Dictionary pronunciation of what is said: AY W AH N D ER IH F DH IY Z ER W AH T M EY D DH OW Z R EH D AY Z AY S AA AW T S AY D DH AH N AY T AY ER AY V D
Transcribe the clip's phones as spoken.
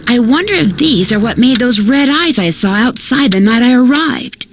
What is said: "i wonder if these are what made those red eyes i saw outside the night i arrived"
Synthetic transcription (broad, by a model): AY W AH N D ER IH F DH IY Z ER W AH T M EY D DH OW Z R EH D AY Z AY S AA AW T S AY D DH AH N AY T AY ER AY V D